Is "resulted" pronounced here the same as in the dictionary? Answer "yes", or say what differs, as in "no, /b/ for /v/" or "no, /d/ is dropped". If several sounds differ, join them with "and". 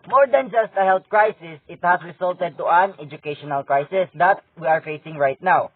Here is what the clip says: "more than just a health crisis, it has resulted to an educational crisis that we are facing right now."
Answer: no, /s/ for /z/